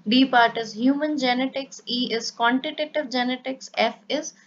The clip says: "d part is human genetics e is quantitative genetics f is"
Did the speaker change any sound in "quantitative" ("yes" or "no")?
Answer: no